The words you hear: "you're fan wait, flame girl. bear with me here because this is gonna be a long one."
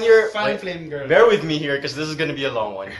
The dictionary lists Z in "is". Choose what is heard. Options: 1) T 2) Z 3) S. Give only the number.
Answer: 2